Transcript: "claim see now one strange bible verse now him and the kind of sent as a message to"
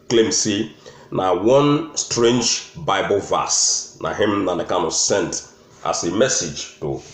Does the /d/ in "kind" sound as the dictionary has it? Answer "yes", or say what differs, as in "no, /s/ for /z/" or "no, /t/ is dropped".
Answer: no, /d/ is dropped